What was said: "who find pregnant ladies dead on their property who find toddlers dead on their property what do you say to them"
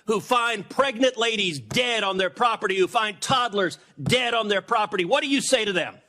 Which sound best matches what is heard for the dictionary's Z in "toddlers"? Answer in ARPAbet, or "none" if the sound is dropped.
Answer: Z